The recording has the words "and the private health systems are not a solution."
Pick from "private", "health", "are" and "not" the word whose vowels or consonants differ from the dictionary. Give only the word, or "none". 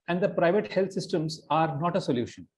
health